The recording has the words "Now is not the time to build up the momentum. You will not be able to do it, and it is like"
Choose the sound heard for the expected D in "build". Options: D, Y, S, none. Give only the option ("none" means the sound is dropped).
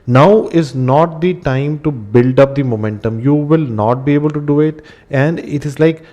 D